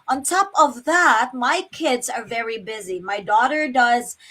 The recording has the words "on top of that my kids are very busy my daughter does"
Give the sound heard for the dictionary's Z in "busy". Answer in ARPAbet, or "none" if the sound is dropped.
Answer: Z